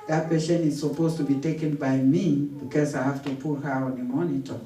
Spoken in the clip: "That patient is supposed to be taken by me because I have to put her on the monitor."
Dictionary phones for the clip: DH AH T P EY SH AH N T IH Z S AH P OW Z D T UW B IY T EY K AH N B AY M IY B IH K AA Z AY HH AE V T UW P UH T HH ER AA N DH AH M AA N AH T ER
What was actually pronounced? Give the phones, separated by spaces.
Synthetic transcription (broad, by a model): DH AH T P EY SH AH N IH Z S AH P OW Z T UW B IY T EY K AH N B AY M IY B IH K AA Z AY HH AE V T UW P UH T HH ER AA N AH M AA N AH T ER